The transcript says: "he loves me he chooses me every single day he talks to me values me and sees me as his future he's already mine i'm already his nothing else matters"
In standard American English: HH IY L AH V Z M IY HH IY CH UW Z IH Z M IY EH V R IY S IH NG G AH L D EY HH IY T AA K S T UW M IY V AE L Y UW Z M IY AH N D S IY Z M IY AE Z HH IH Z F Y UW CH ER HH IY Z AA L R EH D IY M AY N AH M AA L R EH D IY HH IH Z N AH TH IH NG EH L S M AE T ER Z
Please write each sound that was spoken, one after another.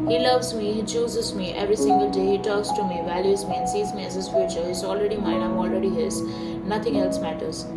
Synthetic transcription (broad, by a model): HH IY L AH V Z M IY HH IY CH UW Z IH Z M IY EH V R IY S IH NG G AH L D EY HH IY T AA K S T UW M IY V AE L Y UW Z M IY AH N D S IY Z M IY AE Z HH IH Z F Y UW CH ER HH IY Z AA L R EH D IY M AY N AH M AA L R EH D IY HH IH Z N AH T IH NG EH L S M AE T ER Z